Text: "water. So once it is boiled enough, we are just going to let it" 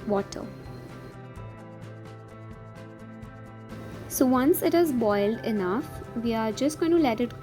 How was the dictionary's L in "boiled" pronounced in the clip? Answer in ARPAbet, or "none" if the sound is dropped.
L